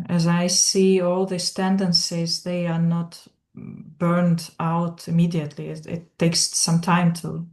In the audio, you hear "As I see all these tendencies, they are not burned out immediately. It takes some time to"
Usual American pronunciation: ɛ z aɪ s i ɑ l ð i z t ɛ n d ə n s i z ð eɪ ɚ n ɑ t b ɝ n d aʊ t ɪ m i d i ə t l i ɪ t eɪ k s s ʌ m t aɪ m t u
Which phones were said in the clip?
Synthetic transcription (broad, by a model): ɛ z aɪ s i ɑ l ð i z t ɛ n d ə n s i z ð eɪ ɚ n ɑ t b ɝ n d aʊ t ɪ m i d i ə t l i ɪ t eɪ k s s ʌ m t aɪ m t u